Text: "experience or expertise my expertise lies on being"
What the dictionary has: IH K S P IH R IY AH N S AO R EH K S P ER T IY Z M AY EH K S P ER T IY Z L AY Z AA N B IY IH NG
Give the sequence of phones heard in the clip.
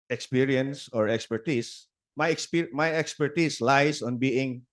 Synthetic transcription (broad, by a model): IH K S P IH R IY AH N S AO R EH K S P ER T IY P M AY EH K S P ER T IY S L AY S AA N B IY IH NG